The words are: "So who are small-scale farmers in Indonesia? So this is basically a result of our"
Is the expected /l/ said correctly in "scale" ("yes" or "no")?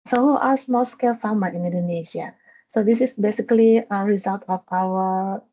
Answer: yes